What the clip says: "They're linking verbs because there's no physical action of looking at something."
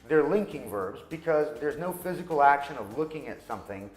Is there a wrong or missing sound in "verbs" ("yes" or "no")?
no